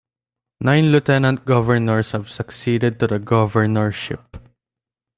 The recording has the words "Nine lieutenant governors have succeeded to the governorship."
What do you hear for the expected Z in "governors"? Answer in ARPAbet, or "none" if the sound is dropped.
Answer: S